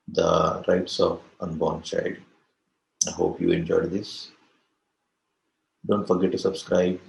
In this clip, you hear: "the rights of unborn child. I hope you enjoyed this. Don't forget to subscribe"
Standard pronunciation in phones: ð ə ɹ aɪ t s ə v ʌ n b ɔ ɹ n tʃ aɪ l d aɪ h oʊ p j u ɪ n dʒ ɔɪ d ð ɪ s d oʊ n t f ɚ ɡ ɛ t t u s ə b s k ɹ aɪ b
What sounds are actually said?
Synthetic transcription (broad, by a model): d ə ɹ aɪ t s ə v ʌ n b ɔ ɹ n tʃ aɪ d aɪ h oʊ p j u ɪ n dʒ ɔɪ d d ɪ s d oʊ n t f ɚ ɡ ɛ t t u s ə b s k ɹ aɪ b